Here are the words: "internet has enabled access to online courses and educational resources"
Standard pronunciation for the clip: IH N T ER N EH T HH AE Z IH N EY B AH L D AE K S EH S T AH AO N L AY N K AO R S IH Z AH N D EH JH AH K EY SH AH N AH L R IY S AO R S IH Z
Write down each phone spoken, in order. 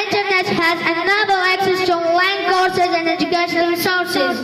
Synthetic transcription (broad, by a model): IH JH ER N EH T HH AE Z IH N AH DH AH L AE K S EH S T AH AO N L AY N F AO R S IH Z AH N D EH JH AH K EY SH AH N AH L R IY S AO R S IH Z